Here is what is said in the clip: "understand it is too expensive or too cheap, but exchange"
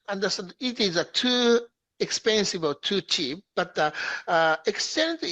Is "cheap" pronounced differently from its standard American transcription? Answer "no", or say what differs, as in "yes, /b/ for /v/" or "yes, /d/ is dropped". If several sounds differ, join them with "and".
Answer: no